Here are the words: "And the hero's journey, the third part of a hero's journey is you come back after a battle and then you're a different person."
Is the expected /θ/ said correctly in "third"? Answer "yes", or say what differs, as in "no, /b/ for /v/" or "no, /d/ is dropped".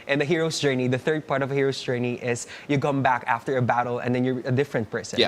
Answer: yes